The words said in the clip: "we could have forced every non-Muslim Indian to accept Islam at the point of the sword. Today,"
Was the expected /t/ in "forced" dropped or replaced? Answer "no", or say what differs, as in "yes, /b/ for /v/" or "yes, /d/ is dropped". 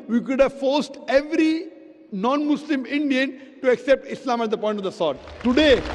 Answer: no